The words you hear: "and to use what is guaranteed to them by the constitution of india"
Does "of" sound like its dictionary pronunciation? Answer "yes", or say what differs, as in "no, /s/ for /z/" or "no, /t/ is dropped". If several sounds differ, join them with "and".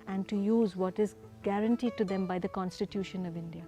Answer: yes